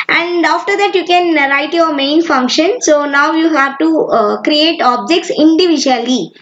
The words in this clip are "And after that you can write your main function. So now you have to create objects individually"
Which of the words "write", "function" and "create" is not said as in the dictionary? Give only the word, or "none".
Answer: none